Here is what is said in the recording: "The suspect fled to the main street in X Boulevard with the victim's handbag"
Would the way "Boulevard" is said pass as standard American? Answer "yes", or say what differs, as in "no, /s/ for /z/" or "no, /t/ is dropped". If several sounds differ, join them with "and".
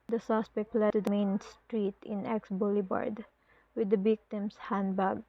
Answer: no, /b/ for /v/